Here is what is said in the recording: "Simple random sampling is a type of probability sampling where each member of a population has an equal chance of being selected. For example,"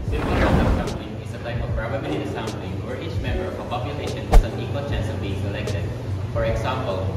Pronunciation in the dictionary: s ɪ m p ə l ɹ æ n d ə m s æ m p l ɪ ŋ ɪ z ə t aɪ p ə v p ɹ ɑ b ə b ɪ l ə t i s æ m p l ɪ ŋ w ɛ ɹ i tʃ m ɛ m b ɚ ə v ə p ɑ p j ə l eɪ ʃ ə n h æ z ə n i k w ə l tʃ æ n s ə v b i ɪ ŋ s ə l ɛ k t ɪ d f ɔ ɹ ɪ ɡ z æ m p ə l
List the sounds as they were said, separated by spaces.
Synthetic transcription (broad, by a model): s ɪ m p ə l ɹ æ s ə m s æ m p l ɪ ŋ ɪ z ə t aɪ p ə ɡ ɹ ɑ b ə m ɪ n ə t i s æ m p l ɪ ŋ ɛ ɹ i tʃ m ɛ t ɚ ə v ə p ɑ p j ə l eɪ ʃ ə n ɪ s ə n i k w ə l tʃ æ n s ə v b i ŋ s ə l ɛ k t ɪ d f ɔ ɹ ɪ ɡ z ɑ m p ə l